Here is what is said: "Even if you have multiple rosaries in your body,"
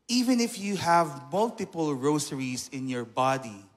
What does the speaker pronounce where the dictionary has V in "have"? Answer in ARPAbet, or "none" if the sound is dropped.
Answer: V